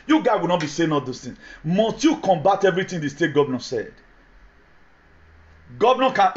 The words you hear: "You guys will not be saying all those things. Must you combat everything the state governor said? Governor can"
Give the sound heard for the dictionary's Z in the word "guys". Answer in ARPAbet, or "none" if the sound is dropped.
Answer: none